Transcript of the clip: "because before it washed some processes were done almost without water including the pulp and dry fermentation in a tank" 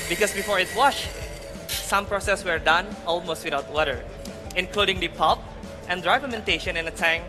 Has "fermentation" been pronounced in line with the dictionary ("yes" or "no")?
no